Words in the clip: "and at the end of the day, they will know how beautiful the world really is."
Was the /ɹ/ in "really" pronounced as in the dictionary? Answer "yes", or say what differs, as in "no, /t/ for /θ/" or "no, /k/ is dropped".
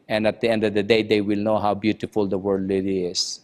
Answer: no, /l/ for /ɹ/